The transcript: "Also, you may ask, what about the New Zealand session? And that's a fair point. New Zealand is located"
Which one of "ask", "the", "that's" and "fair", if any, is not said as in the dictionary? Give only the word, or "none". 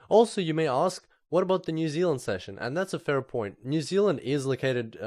none